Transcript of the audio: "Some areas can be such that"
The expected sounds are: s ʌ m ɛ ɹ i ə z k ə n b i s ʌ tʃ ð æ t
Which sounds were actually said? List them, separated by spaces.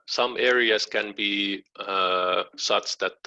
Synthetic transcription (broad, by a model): s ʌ m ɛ ɹ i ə s k ə n b i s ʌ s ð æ t